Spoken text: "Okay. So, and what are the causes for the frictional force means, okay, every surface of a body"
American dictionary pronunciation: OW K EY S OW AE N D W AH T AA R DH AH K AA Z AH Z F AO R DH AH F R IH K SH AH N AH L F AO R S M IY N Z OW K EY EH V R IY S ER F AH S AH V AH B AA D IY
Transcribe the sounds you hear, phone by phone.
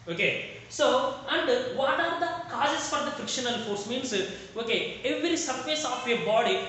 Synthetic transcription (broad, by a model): OW K EY S OW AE N D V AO T AA R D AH K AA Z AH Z F AO R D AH F R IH K SH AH N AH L F AO R S M IY N S OW K EY EH V R IY S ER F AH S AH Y AH B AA D IY